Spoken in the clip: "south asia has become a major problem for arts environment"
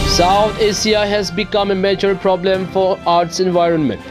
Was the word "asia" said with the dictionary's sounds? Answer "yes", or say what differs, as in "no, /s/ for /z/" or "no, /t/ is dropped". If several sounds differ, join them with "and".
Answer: no, /s/ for /ʒ/